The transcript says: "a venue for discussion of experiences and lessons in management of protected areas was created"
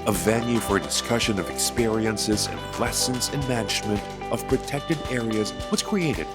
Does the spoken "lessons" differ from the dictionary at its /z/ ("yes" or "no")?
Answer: no